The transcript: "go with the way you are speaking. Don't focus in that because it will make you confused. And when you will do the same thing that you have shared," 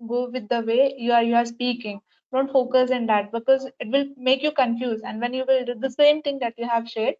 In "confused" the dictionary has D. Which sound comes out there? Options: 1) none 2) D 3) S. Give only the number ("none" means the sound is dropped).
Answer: 1